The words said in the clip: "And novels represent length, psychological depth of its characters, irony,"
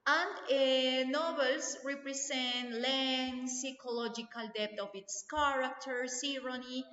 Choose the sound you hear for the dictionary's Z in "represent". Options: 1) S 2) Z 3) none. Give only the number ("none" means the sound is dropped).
1